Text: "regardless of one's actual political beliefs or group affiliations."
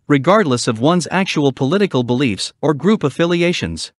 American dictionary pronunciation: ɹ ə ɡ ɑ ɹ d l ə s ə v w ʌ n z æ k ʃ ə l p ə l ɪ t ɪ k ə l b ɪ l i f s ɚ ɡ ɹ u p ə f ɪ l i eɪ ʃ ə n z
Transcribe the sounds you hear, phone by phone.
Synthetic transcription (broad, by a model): ɹ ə ɡ ɑ ɹ d l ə s ə v w ʌ n z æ k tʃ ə l p ə l ɪ t ɪ k ə l b ɪ l i f s ɚ ɡ ɹ u p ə f ɪ l i eɪ ʃ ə n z